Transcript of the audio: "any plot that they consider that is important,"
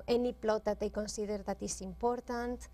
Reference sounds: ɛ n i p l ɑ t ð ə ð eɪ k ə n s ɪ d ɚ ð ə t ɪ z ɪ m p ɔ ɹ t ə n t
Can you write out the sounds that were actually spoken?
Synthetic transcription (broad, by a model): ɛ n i p l ɑ t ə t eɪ k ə n s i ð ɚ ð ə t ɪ s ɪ m p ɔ ɹ t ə n t